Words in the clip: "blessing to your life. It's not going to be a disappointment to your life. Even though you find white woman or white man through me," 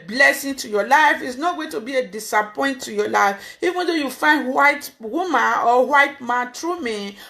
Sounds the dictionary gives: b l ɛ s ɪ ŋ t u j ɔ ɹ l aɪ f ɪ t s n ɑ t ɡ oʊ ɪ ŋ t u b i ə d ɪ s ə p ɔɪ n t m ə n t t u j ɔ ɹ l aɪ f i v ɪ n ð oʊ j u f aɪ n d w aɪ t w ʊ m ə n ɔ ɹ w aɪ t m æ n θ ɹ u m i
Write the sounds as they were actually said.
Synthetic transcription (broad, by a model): b l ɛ s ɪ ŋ t u j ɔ l aɪ f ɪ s n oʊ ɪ t u b i ə d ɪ s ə p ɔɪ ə n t t u j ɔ l aɪ f i v ɪ n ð oʊ j u f aɪ n d w aɪ t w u m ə n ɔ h w aɪ t m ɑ n t ɹ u m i